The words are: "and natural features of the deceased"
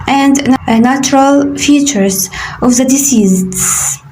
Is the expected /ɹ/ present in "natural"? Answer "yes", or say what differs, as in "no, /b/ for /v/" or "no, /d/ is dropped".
yes